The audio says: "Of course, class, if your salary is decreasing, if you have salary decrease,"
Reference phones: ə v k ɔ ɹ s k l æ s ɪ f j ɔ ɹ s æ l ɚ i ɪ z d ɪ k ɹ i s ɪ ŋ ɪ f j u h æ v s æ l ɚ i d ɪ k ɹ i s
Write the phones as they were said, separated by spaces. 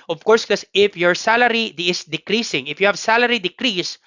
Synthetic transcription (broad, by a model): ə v k ɔ ɹ s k ʌ s ɪ f j ɔ ɹ s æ l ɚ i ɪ s d ɪ k ɹ i s ɪ ŋ ɪ f j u h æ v s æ l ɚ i d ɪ k ɹ i s